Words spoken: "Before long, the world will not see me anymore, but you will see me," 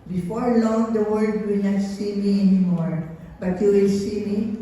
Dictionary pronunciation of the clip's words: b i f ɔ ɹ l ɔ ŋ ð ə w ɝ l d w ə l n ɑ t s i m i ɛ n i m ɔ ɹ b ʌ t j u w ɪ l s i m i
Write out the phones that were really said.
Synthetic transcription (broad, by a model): b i f ɔ ɹ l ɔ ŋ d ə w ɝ d w ə l n ɑ t s i m i ɛ n i m ɔ ɹ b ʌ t j u w ɪ l s i m i